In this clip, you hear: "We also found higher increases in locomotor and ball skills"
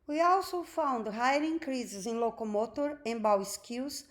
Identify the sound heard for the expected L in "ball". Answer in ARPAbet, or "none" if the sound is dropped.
W